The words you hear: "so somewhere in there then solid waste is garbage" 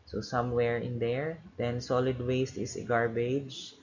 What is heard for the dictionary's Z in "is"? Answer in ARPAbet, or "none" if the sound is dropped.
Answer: S